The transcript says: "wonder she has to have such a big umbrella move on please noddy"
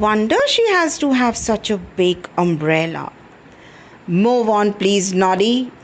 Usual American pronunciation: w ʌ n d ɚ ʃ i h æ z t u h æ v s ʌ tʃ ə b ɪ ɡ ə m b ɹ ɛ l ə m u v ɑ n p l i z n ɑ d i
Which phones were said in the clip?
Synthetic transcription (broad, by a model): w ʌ n d ɚ ʃ i h æ z t u h æ v s ʌ tʃ ə b ɪ ɡ ə m b ɹ ɛ l ə m u v ɑ n p l i z n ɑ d i